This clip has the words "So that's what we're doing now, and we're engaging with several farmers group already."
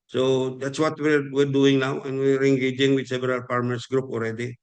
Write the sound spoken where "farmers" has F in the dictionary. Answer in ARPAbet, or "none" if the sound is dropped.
P